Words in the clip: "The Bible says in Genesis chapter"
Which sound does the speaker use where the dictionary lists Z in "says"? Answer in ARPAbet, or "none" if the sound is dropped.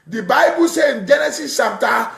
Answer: none